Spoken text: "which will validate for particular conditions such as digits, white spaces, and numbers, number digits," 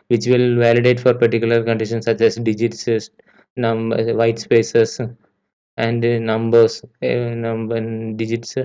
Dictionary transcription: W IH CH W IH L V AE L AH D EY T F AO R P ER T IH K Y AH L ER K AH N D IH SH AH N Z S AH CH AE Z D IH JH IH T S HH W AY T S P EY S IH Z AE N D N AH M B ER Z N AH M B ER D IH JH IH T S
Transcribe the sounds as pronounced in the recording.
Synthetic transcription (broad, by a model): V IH CH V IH L V AE L AH D EY T F AO R P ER T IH K Y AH L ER K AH N D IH SH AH N S AH CH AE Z D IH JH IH T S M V AY T S P EY S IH S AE N D N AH M B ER S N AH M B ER D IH JH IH T S